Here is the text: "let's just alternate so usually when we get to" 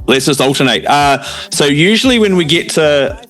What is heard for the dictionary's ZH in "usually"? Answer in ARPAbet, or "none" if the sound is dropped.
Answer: ZH